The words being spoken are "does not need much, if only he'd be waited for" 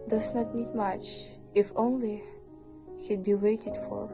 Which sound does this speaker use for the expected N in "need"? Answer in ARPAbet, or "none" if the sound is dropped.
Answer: N